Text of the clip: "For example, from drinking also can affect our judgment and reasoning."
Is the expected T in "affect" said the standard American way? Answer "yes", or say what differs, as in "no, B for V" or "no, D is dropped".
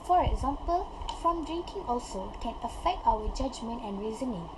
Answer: yes